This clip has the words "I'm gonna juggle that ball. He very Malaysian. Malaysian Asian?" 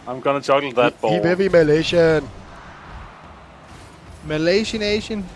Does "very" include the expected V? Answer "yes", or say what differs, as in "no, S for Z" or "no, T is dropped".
no, P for V